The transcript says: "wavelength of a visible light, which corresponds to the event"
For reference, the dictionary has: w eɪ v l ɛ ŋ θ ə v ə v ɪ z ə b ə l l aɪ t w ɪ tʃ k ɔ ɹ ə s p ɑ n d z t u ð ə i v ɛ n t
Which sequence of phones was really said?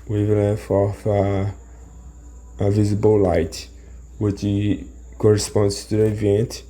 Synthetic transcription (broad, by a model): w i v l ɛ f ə f ə v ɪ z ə b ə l l aɪ t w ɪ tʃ k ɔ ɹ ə s p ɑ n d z t u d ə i v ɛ n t